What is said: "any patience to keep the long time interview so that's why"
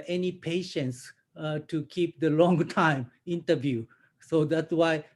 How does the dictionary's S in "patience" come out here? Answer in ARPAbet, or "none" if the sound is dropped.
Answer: S